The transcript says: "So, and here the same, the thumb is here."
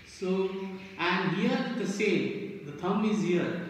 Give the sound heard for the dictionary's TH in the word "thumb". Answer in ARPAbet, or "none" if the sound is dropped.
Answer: T